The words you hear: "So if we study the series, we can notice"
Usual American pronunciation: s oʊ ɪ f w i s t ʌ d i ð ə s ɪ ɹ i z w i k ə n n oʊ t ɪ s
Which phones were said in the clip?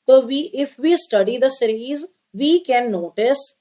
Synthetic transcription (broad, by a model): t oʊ ɪ f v i s t ʌ d i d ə s ɪ ɹ i z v i k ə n n oʊ t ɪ s